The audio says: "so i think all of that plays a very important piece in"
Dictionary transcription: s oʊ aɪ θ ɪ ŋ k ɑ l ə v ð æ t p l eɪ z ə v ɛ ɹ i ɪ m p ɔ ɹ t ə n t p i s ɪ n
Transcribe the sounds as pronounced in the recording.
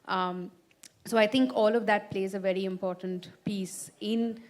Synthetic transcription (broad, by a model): s oʊ aɪ t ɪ ŋ k ɑ l ə v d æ t p l eɪ z ə v ɛ ɹ i ɪ m p ɔ ɹ t ə n t p i s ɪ n